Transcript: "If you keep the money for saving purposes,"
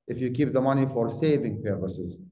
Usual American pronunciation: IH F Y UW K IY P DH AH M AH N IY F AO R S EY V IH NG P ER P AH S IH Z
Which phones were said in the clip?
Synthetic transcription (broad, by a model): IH F Y UW K IY P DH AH M AH N IY F AO R S EY V IH NG P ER P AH S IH Z